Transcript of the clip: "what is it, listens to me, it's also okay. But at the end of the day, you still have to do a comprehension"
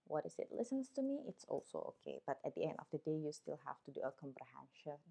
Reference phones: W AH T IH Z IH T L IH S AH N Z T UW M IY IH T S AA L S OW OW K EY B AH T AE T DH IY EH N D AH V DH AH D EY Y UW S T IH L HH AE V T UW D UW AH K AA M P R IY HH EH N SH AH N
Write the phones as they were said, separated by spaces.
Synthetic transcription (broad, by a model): W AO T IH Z IH T L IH S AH N S T UW M IY IH T S AA L S OW OW K EY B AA T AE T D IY EH N D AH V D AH D EY Y UW S T IH L HH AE F T UW D UW AH K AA M P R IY HH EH N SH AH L